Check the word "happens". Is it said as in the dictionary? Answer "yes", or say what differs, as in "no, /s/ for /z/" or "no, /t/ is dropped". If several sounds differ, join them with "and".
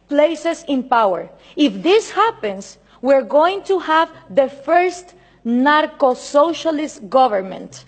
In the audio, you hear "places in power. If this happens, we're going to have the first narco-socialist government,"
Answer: no, /s/ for /z/